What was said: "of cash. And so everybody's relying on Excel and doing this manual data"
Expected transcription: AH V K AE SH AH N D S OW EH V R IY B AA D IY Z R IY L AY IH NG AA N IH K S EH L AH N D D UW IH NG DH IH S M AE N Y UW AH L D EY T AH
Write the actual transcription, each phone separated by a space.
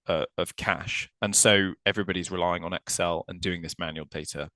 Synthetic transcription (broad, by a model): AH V K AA SH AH N S OW EH V R IY B AA D IY Z R IY L AY IH NG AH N IH K S EH L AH N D D UW IH NG DH IH S M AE N Y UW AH L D EY T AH